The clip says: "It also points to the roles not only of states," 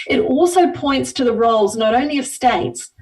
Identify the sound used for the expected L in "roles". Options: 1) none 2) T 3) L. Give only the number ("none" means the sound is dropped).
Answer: 3